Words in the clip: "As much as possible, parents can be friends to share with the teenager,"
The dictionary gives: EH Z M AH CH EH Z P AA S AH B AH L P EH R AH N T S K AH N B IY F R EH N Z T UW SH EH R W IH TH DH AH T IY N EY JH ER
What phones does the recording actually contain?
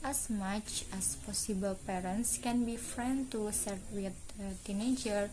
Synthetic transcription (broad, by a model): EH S M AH CH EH S P AA S AH B AH L P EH R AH N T S K AH N B IY F R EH N T UW S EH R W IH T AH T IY N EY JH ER